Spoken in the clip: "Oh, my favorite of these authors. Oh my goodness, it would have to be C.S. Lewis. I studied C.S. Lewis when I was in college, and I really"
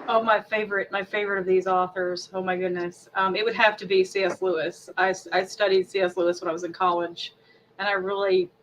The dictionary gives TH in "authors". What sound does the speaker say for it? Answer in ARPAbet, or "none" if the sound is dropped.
TH